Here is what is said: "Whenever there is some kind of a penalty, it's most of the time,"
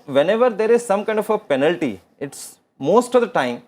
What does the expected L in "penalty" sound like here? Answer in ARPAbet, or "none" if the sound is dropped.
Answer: L